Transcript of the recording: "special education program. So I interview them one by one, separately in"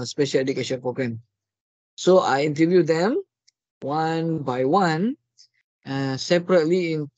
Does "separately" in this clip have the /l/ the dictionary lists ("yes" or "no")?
yes